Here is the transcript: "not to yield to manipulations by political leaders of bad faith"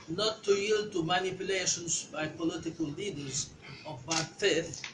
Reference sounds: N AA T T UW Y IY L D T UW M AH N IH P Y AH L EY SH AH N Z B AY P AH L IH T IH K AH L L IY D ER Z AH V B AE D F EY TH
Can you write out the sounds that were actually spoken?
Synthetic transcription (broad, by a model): N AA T T UW Y IY L D T UW M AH N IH P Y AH L EY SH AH N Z B AY P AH L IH T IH K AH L L IY D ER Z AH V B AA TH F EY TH